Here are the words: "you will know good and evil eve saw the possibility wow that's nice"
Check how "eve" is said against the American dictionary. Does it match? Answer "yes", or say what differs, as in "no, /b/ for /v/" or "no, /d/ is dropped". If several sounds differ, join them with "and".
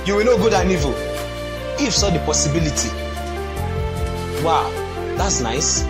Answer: no, /f/ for /v/